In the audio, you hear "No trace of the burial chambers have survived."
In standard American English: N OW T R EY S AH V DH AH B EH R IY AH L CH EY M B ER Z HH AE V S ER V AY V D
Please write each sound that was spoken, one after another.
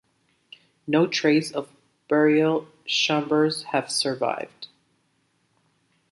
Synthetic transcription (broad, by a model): N OW T R EY S AH V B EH R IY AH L SH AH M B ER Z HH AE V S ER V AY V D